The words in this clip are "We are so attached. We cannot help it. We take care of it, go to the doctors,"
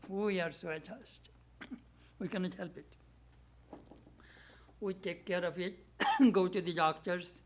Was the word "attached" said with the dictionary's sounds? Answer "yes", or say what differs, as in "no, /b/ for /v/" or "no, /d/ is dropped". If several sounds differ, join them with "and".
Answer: no, /s/ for /tʃ/